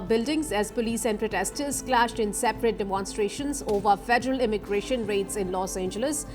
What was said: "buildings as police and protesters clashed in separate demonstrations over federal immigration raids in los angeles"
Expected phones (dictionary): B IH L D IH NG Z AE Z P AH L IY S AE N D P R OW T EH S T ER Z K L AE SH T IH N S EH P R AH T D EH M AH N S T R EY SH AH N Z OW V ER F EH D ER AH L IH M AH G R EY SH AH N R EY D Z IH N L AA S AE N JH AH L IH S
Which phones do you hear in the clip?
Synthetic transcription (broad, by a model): B IH L D IH NG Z AE Z P AH L IY S AE N D P R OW T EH S T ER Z K L AE SH T IH N S EH P R AH T D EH M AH N S T R EY SH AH N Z OW V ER F EH D ER AH L IH M AH G R EY SH AH N R EY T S IH N L AA S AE N JH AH L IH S